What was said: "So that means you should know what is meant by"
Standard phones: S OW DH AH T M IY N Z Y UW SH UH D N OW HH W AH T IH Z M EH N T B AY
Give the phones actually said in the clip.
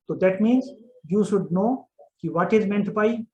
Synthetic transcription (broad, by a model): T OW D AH T M IY N Z Y UW SH UH D N OW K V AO T IH Z M EH N T B AY